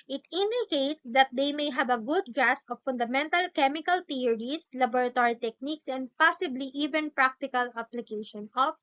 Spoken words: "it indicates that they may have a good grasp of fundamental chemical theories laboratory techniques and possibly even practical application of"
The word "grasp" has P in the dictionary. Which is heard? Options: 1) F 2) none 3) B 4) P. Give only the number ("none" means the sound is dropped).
2